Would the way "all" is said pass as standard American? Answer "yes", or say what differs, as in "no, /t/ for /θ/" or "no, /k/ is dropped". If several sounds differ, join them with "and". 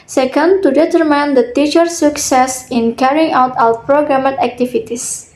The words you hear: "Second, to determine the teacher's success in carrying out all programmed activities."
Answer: no, /w/ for /l/